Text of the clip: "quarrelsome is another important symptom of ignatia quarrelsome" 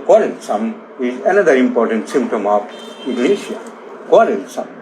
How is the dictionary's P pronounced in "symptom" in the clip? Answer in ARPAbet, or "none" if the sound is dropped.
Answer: P